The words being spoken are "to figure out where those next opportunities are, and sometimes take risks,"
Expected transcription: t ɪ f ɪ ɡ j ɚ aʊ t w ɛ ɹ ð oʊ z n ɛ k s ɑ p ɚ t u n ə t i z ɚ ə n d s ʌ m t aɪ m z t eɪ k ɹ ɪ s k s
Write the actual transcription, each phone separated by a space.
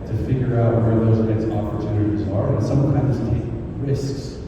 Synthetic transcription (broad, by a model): t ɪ f ɪ ɡ j ɚ aʊ t w ɛ ɹ ð oʊ z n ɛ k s ɑ p ɚ t u n ə t i z ɚ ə n s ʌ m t aɪ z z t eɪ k ɹ ɪ s k s